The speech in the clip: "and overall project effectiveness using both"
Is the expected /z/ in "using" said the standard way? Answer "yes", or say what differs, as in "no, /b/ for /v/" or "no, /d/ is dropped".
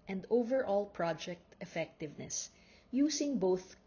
no, /s/ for /z/